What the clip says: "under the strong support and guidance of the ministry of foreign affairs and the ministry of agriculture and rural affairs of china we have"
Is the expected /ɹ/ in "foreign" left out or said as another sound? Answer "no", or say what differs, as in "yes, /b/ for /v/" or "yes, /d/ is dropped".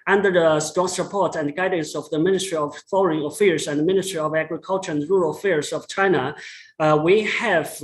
yes, /l/ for /ɹ/